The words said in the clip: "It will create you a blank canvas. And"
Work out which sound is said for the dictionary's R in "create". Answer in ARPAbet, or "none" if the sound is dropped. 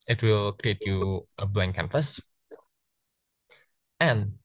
R